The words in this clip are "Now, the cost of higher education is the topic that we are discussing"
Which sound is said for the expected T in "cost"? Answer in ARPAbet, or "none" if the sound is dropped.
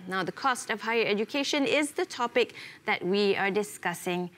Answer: T